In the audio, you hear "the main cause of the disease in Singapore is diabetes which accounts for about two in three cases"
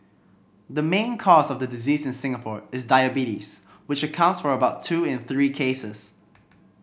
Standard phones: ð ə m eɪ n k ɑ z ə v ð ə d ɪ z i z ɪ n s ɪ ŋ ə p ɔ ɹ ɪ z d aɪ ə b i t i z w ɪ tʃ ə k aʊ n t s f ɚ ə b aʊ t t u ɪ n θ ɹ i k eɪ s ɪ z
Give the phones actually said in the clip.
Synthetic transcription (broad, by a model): ð ə m eɪ n k ɑ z ə v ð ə d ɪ z i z ɪ n s ɪ ŋ ə p ɔ ɹ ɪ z d aɪ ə b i t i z w ɪ tʃ ə k aʊ n t s f ɚ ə b aʊ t t u ɪ n θ ɹ i k eɪ s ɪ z